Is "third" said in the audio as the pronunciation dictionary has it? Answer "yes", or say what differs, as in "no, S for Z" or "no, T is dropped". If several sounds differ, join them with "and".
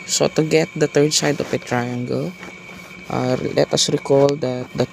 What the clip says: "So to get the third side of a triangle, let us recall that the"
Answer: no, T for TH